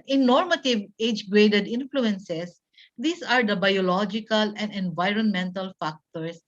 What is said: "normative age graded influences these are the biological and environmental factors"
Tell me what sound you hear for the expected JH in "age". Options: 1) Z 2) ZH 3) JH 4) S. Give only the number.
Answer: 3